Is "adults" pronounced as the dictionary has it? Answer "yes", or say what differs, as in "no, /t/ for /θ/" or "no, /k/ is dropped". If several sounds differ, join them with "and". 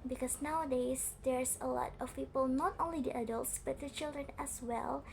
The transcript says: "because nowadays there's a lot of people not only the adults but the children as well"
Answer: yes